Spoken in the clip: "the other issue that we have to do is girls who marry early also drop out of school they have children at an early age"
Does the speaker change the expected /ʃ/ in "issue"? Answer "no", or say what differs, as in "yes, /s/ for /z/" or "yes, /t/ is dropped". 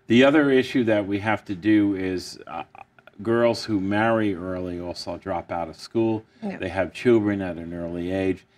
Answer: no